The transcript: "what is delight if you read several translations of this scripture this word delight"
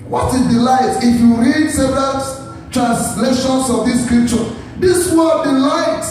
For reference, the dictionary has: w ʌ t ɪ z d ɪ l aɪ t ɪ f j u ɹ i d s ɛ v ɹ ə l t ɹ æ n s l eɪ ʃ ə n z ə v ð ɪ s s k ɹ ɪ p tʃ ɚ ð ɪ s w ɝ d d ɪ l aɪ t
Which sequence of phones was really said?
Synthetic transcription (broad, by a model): w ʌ t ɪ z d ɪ l aɪ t ɪ f j u ɹ i d s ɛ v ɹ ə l t ɹ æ n s l eɪ ʃ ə n s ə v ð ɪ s s k ɹ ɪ p tʃ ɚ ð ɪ s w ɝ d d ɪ l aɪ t